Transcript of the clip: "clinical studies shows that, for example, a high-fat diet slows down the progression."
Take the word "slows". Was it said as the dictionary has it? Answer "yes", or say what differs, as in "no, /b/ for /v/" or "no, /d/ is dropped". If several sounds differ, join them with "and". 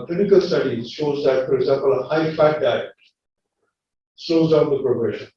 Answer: no, /l/ is dropped